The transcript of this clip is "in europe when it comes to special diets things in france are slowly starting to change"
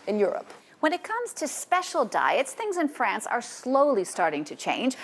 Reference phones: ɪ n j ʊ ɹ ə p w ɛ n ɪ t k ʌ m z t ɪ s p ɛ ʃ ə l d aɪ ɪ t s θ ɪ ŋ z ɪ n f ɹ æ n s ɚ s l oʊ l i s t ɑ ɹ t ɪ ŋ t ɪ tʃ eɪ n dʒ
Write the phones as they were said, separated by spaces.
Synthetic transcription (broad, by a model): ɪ n j ʊ ɹ ə p w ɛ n ɪ t k ʌ m z t ɪ s p ɛ ʃ l d aɪ ɪ t s θ ɪ ŋ z ɪ n f ɹ æ n s ɚ s l oʊ l i s t ɑ ɹ t ɪ ŋ t ɪ tʃ eɪ n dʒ